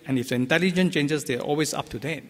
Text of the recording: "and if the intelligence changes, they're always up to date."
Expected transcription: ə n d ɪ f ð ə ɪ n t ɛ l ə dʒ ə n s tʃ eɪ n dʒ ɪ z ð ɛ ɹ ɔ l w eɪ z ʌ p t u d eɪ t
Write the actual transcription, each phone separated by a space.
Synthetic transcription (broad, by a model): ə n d ɪ f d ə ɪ n t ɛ l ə dʒ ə n tʃ eɪ n dʒ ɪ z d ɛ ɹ ɔ l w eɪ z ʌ p t u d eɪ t